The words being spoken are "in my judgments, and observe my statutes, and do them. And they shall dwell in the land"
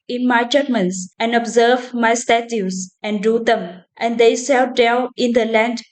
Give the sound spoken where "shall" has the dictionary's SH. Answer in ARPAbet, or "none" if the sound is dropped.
S